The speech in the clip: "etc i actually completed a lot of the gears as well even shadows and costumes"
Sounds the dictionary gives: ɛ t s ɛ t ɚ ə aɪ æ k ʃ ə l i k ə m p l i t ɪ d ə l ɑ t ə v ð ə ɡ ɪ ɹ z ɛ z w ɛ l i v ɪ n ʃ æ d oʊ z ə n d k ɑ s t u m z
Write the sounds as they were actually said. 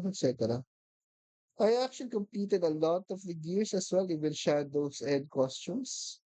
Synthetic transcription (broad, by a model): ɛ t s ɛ t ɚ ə aɪ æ k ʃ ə l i k ə m p l i t ɪ d ə l ɑ t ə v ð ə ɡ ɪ ɹ s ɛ s w ɛ l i w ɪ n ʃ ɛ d oʊ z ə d k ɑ s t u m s